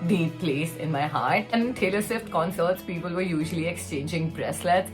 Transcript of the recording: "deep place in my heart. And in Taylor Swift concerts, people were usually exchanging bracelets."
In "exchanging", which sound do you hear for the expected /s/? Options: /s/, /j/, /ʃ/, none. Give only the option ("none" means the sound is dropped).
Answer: /s/